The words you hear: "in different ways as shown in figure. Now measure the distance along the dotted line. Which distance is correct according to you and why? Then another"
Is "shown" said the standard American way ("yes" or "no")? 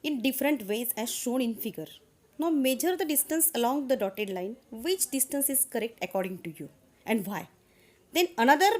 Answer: yes